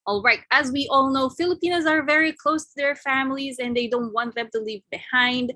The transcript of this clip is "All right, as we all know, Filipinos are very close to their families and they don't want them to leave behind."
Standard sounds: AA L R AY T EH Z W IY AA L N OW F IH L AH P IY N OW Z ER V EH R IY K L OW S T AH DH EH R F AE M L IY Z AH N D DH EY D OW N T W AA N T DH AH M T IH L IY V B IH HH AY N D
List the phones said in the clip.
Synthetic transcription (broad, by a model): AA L R AY T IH Z W IY AA L N OW F IH L AH P IY N OW Z ER V EH R IY K L OW S T AH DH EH R F AE M L IY Z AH N DH EY D OW N T W AA N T DH AH M T IH L IY V B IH HH AY N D